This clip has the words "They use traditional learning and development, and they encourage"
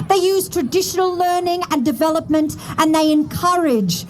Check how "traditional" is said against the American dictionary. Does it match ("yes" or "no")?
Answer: yes